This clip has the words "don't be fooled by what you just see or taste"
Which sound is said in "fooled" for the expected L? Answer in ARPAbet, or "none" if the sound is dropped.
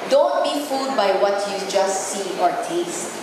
none